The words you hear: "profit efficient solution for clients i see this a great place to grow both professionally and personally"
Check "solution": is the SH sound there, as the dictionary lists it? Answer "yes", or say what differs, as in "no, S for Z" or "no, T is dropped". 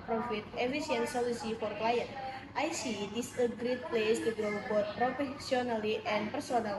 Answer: no, S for SH